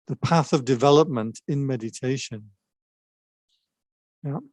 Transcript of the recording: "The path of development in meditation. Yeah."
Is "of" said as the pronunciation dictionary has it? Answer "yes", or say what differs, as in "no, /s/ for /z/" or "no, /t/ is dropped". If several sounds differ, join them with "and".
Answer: yes